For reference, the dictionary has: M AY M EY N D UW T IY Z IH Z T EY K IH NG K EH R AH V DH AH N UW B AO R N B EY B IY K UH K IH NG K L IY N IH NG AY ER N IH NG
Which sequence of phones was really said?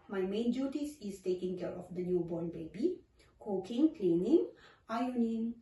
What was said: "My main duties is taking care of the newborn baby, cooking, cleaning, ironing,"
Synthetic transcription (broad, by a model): M AY M EY N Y UW T IY S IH S T EY K IH NG K EH R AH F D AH N UW B AO N B EY B IY K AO K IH NG K L IY N IH NG AY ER N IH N